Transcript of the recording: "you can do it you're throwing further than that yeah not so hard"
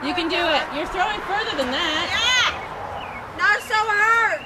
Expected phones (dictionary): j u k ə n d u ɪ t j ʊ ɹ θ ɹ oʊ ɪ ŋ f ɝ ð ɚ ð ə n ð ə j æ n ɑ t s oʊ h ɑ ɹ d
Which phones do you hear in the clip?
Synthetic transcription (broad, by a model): j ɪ k ə n d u ɪ t j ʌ ɹ θ ɹ oʊ ɪ ŋ f ɝ ð ɚ ð ə n ð ə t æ n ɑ t s oʊ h ɑ ɹ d